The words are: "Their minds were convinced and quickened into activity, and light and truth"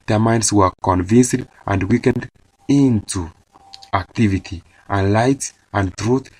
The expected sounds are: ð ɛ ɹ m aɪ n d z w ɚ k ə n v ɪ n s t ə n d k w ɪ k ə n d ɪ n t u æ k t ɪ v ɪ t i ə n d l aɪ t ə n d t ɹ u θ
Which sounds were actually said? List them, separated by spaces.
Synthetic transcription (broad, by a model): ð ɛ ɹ m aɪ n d s w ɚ k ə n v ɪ n s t ə n d w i k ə n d ɪ n t u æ k t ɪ v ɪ t i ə n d l aɪ t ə n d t ɹ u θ